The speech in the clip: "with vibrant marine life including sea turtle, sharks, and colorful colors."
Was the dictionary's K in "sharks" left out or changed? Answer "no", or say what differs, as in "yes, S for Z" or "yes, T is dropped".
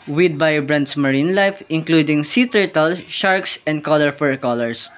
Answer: no